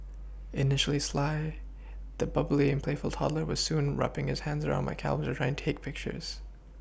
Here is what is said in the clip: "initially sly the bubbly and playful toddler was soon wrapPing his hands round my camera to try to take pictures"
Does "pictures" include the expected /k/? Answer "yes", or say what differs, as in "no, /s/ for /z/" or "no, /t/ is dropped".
yes